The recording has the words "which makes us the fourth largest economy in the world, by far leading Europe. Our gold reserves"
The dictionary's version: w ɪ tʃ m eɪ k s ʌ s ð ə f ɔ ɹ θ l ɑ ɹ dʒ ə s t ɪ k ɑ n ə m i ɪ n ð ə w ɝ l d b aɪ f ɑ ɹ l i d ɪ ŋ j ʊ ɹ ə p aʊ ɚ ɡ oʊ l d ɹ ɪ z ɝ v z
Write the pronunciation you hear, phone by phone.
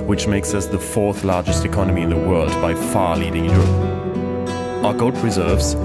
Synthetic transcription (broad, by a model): w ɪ tʃ m eɪ k s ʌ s ð ə f ɔ ɹ θ l ɑ ɹ dʒ ə s t ɪ k ɑ n ə m i ɪ n ð ə w ɝ l d b aɪ f ɑ ɹ l i d ɪ ŋ j ʊ ɹ ə p aʊ ɚ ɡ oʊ l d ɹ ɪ z ɝ v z